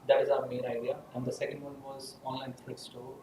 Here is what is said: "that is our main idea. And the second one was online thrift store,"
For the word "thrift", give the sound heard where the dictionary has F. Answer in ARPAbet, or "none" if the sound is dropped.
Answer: none